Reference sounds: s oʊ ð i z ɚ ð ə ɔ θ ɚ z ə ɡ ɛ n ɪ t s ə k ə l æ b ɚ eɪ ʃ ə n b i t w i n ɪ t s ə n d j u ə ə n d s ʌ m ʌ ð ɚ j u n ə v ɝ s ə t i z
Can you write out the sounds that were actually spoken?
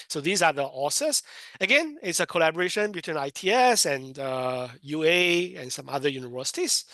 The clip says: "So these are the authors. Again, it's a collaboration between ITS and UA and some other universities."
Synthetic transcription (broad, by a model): s oʊ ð i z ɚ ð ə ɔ s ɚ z ə ɡ ɛ n ɪ t s ə k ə l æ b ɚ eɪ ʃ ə n b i t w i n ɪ t s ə n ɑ j u ə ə n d s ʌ m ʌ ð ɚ j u n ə v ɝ s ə t i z